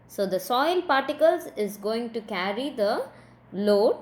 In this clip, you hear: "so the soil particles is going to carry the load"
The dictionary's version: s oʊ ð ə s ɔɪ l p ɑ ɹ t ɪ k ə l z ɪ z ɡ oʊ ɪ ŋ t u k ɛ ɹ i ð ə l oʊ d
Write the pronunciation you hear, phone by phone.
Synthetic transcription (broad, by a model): s oʊ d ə s ɔɪ l p ɑ ɹ t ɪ k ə l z ɪ z ɡ oʊ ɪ ŋ t u k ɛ ɹ i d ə l oʊ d